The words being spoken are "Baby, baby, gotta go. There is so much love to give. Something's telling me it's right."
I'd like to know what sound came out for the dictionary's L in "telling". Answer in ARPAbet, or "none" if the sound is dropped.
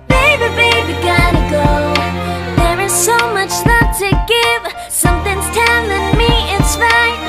N